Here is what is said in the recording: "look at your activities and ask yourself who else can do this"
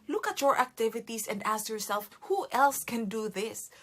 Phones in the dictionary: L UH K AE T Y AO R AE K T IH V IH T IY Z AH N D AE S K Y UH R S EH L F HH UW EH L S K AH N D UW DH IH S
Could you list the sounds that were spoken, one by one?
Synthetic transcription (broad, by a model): L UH K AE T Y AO R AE K T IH V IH T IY S AH N D AE S K Y UH R S EH L F HH UW EH L S K AH N D UW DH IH S